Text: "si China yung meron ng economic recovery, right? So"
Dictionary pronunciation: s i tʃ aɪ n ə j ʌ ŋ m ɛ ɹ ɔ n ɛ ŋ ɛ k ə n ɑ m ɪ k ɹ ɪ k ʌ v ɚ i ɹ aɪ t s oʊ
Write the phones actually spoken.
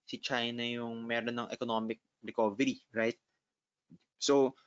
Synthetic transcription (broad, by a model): s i tʃ aɪ n ə j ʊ ŋ m ɛ ɹ ɔ n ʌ ŋ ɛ k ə n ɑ m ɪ k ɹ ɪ k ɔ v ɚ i ɹ aɪ t s oʊ